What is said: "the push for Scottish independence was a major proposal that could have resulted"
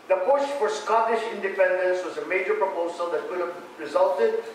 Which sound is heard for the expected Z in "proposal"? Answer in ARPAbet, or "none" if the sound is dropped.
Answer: Z